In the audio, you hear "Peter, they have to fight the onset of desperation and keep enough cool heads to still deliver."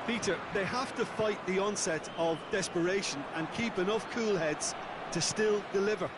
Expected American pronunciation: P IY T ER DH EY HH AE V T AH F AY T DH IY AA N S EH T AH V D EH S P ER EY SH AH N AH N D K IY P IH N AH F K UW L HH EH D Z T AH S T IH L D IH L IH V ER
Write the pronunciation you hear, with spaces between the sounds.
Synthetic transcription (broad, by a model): P IY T ER DH EY HH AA F T AH F AY T DH IY AA N S EH T AH V D EH S P ER EY SH AH N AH N K IY P IH N AH F K UW L HH EH D Z T AH S T IH L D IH L IH V ER